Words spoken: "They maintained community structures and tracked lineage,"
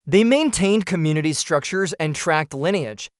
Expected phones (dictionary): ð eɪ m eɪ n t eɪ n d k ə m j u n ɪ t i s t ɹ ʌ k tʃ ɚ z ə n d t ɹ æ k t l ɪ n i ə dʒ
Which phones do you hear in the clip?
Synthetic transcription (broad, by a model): ð eɪ m eɪ n t eɪ n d k ə m j u n ɪ t i s t ɹ ʌ k tʃ ɚ z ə n t ɹ æ k t l ɪ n i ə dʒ